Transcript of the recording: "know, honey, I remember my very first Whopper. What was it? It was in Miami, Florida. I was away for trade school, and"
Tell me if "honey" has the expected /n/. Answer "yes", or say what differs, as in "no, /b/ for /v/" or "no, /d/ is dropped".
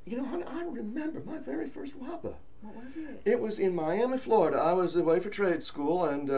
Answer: no, /n/ is dropped